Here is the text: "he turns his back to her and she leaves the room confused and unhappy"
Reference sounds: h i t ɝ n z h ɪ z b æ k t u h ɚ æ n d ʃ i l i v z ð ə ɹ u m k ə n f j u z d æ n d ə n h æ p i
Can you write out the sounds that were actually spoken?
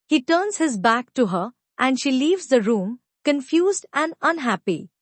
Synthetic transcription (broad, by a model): h i t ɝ n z h ɪ z b æ k t u h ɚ æ n d ʃ i l i v z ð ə ɹ u m k ə n f j u z d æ n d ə n h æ p i